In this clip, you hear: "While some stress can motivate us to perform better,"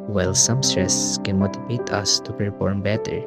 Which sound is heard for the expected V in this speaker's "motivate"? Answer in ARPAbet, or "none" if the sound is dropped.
B